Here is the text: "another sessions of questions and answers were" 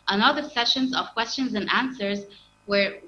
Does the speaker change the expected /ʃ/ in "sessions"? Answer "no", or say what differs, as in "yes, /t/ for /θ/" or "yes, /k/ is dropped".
no